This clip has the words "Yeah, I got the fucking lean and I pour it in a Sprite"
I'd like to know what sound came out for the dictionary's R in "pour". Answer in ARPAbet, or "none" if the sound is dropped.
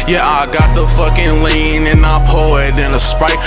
L